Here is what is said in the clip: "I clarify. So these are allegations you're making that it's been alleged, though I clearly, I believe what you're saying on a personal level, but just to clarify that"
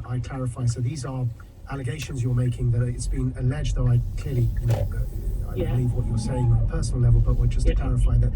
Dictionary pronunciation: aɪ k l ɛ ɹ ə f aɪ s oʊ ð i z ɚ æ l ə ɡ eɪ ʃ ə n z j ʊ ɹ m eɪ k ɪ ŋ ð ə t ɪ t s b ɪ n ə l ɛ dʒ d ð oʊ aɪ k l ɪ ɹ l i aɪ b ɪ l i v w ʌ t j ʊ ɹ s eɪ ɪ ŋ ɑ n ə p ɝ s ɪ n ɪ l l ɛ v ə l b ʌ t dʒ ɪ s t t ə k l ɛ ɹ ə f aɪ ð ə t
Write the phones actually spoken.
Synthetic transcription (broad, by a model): aɪ k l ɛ ɹ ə f aɪ s oʊ ð i z ɚ æ l ə ɡ eɪ ʃ ə n z j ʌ ɹ m eɪ k ɪ ŋ ð ə t ɪ t s b ɪ n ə l ɛ dʒ ð oʊ aɪ k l ɪ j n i aɪ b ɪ l i v w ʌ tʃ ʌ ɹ s eɪ ɪ ŋ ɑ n ə p ɝ s n l l ɛ v ə l b ʌ t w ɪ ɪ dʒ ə k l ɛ ɹ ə f aɪ ð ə t